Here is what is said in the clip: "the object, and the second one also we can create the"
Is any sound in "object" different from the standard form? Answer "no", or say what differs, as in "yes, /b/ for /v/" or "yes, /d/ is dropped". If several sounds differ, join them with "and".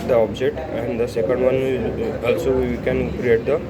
yes, /k/ is dropped